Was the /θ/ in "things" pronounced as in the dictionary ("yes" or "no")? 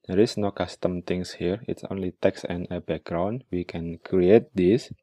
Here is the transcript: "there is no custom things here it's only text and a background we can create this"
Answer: no